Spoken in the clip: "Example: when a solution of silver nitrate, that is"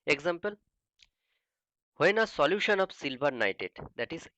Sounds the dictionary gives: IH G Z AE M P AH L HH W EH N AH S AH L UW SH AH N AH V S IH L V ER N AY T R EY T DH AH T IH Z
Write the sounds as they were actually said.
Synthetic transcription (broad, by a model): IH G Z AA M P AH L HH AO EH N AH S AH L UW SH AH N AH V S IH L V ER N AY T EY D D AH T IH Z